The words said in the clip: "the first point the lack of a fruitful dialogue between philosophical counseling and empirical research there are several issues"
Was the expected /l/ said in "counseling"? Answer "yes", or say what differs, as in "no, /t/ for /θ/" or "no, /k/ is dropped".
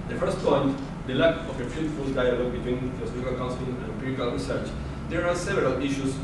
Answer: no, /l/ is dropped